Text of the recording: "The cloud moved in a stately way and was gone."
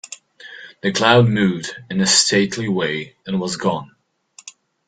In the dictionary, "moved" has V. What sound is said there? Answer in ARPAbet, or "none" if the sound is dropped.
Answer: none